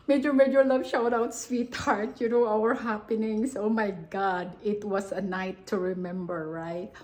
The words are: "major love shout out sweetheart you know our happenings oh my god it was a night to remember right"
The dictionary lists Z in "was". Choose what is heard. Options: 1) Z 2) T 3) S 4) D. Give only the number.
3